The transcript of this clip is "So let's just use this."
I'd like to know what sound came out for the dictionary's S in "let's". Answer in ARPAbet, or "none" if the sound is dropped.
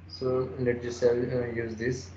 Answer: none